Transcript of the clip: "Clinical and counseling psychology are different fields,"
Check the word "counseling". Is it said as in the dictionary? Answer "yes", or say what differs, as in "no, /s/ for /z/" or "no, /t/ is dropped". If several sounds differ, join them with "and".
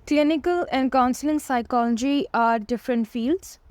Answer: yes